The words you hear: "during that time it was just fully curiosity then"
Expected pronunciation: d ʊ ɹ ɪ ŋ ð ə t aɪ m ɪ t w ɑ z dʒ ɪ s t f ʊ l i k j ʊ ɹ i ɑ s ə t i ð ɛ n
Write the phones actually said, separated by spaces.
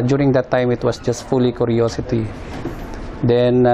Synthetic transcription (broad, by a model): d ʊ ɹ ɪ ŋ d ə t aɪ m ɪ t w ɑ s dʒ ɪ s t f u l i k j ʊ ɹ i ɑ s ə t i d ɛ n